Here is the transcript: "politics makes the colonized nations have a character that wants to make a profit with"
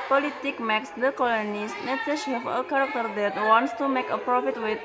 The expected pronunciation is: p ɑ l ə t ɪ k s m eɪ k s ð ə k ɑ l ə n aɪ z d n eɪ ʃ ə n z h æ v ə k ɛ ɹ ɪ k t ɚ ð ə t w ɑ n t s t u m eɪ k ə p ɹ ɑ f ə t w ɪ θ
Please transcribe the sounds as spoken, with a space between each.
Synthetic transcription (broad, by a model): p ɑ l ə t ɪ k m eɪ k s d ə k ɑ l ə n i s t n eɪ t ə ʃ h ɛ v ə k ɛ ɹ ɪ k t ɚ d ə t w ɑ n t s t u m eɪ k ə p ɹ ɑ f ə t w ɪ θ